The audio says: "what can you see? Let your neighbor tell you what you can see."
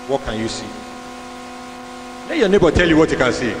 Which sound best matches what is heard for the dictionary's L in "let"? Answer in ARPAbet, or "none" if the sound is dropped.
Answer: N